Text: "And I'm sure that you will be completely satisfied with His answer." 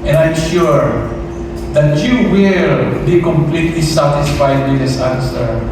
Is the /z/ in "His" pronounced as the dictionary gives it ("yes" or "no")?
no